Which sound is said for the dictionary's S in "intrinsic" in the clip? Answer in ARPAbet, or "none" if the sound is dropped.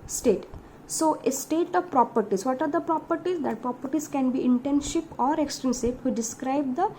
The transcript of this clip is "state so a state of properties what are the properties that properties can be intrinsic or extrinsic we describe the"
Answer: SH